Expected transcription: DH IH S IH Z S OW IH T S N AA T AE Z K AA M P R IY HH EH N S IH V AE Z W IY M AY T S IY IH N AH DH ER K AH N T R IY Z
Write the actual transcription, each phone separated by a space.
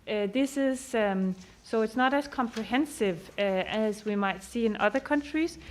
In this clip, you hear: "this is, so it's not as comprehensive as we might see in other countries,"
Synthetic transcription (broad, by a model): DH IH S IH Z S OW IH T S N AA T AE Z K AA M P R IY HH EH N S IH V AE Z W IY M AY T S IY IH N AH DH ER K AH N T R IY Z